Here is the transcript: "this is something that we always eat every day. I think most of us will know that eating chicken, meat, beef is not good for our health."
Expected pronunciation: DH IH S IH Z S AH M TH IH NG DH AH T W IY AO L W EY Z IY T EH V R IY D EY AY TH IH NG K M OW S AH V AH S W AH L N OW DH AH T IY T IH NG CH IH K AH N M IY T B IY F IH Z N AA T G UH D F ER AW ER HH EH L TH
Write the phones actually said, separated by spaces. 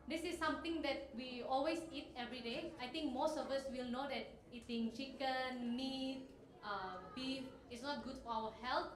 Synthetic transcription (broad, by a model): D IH S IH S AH M T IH NG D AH T W IY AO L W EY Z IY T EH V R IY D EY AY T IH NG K M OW S AH V AH S W AH L N OW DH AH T IY T IH NG CH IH K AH N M IY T B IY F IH S N AA T G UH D F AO AW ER HH EH L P